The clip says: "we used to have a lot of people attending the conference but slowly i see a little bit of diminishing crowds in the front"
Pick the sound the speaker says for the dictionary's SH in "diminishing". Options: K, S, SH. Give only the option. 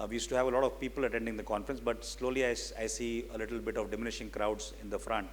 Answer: SH